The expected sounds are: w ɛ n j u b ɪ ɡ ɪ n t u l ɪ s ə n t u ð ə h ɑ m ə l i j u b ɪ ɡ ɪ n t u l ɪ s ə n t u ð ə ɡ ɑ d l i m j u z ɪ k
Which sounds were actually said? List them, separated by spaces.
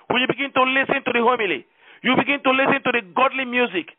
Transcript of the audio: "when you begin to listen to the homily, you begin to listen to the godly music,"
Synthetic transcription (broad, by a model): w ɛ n j u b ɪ ɡ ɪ n t u l ɪ s ə n t u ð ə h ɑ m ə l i j u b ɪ ɡ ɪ n t u l ɪ s ə n t u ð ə ɡ ɑ d l i m j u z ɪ k